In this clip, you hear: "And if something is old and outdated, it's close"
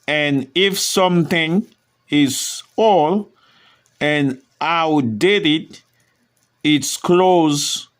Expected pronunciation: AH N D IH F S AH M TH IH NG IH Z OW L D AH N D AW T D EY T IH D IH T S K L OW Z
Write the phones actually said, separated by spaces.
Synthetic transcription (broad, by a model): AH N IH F S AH M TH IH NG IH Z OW L AH N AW D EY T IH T IH T S K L OW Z